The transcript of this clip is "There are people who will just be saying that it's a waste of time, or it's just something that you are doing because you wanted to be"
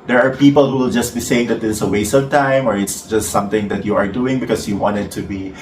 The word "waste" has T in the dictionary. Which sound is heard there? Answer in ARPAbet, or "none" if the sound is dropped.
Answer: none